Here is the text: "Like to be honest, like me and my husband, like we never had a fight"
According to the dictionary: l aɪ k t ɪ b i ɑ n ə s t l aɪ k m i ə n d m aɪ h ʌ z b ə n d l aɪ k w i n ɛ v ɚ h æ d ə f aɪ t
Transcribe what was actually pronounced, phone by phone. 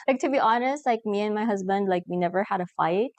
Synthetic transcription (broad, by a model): l aɪ k t ɪ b i ɑ n ə s t l aɪ k m i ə n m aɪ h ʌ z b ə n d l aɪ k w i n ɛ v ɚ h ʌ d ə f aɪ t